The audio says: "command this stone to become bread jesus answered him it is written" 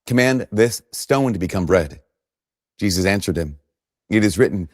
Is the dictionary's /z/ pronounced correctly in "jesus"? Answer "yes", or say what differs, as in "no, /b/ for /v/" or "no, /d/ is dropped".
yes